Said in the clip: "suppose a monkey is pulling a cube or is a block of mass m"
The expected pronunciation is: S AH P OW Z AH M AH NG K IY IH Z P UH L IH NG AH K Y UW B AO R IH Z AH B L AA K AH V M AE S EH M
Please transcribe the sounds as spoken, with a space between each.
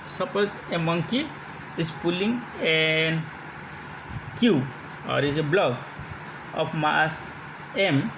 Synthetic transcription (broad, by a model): S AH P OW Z AH M AH NG K IY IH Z P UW L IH NG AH K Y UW AO R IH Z AH B L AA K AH F M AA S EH M